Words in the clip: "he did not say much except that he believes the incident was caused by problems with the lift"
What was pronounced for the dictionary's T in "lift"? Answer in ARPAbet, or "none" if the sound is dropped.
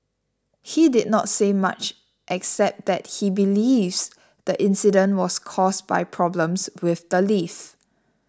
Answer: none